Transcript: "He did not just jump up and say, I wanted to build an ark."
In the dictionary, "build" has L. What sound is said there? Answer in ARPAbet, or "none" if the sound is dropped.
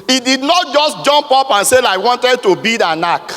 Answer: none